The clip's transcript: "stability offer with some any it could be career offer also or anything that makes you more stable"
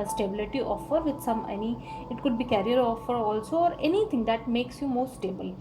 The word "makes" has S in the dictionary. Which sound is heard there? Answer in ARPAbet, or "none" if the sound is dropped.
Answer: S